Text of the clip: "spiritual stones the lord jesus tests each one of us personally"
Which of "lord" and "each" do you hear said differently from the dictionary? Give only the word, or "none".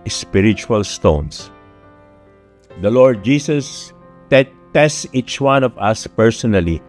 none